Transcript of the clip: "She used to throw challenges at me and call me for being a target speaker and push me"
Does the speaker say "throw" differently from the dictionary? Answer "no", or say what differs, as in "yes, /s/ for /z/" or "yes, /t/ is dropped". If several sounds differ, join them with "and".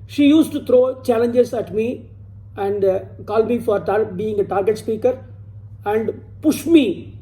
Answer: yes, /t/ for /θ/